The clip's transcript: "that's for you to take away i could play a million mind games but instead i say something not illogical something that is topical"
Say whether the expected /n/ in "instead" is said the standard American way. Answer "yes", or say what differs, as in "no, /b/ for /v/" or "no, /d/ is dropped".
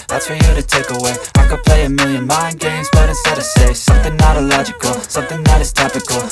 no, /n/ is dropped